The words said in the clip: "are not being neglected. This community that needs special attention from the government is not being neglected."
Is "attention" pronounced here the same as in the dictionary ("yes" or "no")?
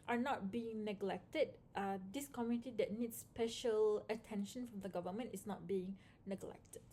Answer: yes